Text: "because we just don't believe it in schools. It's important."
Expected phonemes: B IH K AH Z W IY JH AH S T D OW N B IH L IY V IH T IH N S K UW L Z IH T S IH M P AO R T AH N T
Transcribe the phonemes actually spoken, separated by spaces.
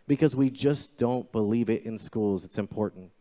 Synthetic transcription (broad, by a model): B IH K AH Z W IY JH AH S D OW N B IH L IY V IH T IH N S K UW L Z IH T S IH M P AO R T N T